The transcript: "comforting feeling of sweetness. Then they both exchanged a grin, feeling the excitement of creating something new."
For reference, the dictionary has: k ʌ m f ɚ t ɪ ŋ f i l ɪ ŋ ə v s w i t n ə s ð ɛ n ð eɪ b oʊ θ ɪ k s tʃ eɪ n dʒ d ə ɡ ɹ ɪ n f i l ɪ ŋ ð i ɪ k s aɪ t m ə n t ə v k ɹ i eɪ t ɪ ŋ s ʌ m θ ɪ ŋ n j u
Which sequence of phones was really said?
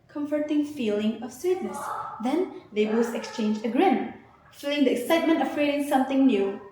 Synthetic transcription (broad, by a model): k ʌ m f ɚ t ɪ ŋ f i l ɪ ŋ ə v s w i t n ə s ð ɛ n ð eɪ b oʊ s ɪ k s tʃ eɪ n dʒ ə ɡ ɹ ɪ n f i l ɪ ŋ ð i ɪ k s aɪ t m ə n t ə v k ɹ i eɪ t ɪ ŋ s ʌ m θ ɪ ŋ n j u